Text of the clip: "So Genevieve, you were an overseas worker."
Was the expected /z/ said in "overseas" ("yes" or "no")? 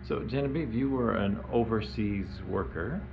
yes